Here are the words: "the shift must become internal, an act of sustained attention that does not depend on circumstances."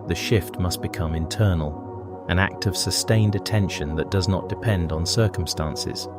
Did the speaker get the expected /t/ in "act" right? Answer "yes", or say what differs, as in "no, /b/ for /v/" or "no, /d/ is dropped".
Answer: yes